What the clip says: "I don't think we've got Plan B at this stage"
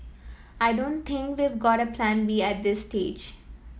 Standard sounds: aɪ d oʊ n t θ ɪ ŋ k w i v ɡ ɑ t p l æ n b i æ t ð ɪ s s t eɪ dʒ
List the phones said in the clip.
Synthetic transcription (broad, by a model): aɪ d oʊ n t t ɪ ŋ k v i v ɡ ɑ t p l æ n b i æ t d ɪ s s t eɪ dʒ